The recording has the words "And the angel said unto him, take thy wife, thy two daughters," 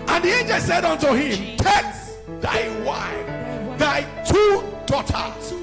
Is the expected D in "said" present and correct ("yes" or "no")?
yes